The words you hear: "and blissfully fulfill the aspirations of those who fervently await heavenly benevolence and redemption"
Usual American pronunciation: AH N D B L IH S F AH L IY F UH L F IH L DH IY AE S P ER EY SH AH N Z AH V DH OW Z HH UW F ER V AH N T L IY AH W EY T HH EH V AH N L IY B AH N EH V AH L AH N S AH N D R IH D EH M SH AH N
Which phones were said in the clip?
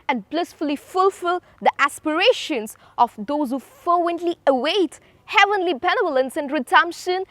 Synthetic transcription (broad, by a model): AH N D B L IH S F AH L IY F UH L F IH L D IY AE S P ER EY SH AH N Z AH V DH OW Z HH UW F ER W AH N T L IY AH W EY T HH EH V AH N L IY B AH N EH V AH L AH N S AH N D R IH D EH M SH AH N